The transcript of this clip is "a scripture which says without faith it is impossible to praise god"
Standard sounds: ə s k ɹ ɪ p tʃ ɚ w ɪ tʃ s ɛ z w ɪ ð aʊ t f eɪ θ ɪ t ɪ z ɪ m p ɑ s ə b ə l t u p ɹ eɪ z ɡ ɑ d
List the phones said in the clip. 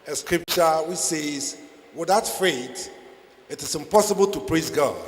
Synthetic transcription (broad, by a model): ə s k ɹ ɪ p tʃ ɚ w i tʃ s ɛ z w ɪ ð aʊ t f eɪ t ɪ t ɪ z ɪ m p ɑ s ə b ə l t u p ɹ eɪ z ɡ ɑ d